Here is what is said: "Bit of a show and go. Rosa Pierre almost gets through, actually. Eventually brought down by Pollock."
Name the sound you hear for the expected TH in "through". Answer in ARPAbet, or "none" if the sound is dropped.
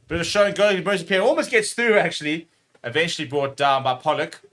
TH